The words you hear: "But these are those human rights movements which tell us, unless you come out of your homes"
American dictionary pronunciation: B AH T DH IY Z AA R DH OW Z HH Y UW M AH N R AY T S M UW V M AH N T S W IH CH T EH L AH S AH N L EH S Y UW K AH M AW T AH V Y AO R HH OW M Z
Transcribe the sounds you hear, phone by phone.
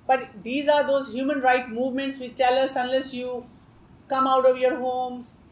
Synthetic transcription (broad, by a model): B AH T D IY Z AA R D OW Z HH Y UW M AH N R AY T M UW V M AH N T S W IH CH T EH L AH S AH N L EH S Y UW K AH M AW T AH V Y AO R HH OW M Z